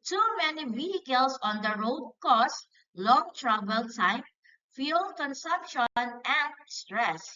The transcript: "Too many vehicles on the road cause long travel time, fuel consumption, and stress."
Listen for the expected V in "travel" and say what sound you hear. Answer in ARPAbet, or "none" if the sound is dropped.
B